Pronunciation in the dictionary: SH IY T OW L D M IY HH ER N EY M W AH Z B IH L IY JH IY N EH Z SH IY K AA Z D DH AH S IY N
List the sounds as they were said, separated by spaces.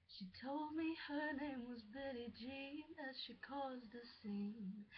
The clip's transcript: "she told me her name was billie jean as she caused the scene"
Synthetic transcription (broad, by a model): SH IY T OW L D M IY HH ER N EY M W AH Z B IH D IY JH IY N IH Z SH IY K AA Z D DH AH S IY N